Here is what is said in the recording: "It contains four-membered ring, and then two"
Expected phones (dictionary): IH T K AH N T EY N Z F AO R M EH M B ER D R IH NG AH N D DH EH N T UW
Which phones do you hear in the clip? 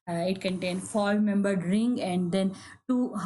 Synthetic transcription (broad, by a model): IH T K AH N T EY N F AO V M EH M B ER D R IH NG AH N D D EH N T UW